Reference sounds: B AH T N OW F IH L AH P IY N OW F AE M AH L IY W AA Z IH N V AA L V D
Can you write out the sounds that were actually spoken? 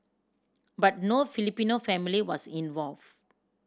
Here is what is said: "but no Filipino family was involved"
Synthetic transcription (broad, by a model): B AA T N OW F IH L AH P IY N OW F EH M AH L IY W AA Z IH N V AA L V